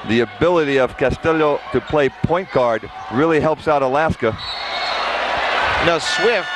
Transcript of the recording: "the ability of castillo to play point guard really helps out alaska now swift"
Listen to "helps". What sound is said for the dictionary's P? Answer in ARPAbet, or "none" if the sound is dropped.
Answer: P